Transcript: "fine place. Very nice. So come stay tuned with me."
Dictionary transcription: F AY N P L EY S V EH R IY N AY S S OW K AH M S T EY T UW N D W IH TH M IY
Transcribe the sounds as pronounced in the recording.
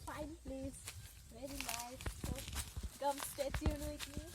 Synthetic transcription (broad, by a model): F AY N P L EY S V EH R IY L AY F S OW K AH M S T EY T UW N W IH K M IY